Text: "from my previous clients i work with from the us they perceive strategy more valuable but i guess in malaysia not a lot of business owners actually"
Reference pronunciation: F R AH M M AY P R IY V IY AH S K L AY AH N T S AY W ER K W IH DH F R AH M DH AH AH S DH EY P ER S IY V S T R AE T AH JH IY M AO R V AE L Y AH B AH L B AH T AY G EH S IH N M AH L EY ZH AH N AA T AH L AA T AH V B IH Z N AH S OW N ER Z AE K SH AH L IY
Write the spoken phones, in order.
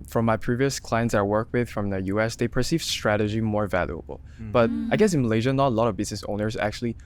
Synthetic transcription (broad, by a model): F R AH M M AY P R IY V IY AH S K L AY AH N T S AY W ER K W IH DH F R AH M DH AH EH S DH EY P ER S IY V S T R AE T AH JH IY M AO R V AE L Y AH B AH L B AH T AY G EH S IH N M AH L EY ZH AH N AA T AH L AA T AH V B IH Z N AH S OW N ER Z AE K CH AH L IY